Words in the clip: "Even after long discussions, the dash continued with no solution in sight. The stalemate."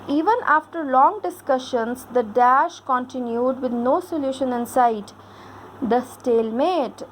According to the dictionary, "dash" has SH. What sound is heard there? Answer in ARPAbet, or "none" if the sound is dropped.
SH